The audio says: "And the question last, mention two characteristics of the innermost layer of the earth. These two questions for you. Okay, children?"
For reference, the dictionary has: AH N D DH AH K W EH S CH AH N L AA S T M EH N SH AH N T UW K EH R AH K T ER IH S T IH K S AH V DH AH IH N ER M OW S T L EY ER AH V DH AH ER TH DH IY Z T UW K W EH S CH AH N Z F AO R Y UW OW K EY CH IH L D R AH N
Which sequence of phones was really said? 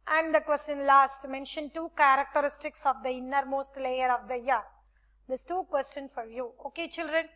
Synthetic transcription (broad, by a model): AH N D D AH K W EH S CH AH N L AA S T M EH N SH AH N T UW K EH R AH K T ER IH S T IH K S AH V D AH IH N ER M OW S T L EY ER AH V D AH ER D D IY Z T UW K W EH S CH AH N F AO R Y UW OW K EY CH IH L D R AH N